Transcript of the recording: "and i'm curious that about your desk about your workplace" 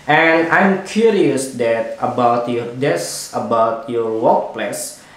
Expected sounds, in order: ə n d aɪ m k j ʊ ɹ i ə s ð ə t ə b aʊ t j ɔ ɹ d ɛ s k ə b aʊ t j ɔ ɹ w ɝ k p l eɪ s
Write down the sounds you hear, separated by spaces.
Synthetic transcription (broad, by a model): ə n aɪ m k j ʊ ɹ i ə s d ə t ə b aʊ t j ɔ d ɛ s ə b aʊ t j ɔ ɹ w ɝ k p l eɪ s